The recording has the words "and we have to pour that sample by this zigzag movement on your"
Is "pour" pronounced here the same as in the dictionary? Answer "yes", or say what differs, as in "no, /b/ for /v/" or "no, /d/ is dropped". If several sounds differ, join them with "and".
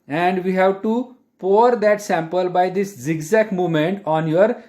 yes